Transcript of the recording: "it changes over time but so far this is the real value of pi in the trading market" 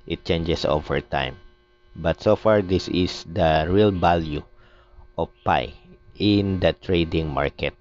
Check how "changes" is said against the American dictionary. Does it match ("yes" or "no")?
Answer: no